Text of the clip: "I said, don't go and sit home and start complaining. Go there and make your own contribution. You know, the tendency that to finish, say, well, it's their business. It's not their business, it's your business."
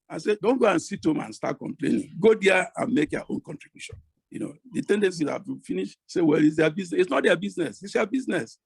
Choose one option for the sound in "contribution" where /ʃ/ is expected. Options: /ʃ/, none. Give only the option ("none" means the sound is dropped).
/ʃ/